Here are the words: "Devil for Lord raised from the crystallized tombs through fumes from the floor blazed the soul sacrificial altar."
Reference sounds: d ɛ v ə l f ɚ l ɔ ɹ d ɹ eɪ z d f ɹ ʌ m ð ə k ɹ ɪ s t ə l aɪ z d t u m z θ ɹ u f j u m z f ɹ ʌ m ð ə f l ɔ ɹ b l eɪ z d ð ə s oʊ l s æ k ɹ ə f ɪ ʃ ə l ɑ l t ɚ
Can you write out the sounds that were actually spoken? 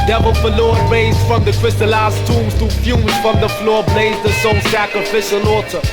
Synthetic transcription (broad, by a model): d ɛ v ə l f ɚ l ɔ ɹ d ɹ eɪ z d f ɹ ʌ m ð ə k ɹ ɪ s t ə l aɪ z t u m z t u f j u z f ɹ ʌ m ð ə f l ɔ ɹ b l eɪ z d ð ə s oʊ s æ k ɹ ə f ɪ ʃ ə l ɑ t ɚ